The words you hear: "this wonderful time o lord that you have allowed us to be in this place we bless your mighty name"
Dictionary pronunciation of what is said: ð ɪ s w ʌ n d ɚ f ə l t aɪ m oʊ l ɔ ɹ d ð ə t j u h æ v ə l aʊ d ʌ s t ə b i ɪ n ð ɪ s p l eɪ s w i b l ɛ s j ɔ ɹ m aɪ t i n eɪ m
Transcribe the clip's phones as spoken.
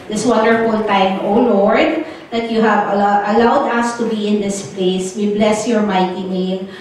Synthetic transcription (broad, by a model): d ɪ s w ʌ n d ɚ f ə l t aɪ m oʊ l ɔ ɹ d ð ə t j u h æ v ə l aʊ d ʌ s t ə b i ɪ n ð ɪ s p l eɪ s w i b l ɛ s j ɔ ɹ m aɪ t i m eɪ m